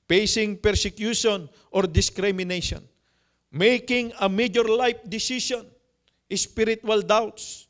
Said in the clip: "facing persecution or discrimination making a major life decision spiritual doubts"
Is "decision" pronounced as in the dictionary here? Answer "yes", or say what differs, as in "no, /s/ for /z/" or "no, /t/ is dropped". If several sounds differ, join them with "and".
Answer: no, /ʃ/ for /ʒ/